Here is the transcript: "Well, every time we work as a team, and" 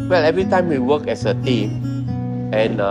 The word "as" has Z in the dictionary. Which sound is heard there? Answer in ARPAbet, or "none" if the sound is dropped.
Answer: S